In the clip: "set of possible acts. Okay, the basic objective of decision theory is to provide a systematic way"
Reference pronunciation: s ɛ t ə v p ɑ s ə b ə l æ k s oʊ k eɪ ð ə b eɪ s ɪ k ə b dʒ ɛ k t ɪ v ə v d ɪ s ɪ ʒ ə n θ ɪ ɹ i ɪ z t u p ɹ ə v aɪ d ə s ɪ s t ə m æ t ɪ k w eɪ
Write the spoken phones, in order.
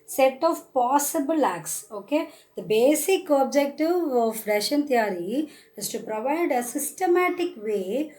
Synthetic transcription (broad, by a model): s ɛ t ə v p ɑ s ə b ə l æ k s oʊ k eɪ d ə b eɪ s ɪ k ə b dʒ ɛ k t ɪ v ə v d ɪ ʃ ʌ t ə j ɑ ɹ i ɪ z t u p ɹ ə v aɪ d ə s ɪ s t ə m æ t ɪ k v eɪ